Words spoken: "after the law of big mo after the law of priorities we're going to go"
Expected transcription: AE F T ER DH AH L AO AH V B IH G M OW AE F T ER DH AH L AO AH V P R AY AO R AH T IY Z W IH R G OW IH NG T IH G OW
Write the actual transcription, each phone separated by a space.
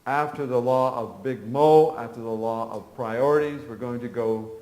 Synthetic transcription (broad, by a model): AE F T ER DH AH L AO AH V B IH G M OW AE F T ER DH AH L AO AH V P R AY AO R AH T IY Z W IH R G OW IH NG T IH G OW